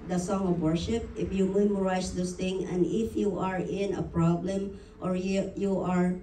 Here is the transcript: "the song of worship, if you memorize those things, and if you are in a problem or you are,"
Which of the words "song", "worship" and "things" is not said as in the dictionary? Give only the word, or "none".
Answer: things